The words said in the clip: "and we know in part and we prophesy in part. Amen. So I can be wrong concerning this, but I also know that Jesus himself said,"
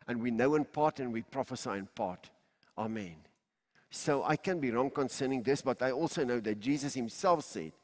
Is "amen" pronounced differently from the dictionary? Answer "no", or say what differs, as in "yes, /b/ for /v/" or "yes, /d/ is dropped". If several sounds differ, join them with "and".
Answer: no